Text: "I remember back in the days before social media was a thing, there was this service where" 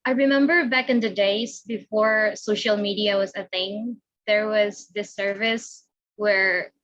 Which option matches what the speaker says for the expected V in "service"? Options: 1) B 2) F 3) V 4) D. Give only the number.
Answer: 3